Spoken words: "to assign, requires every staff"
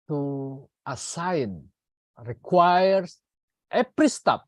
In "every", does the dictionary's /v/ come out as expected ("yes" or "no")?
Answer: no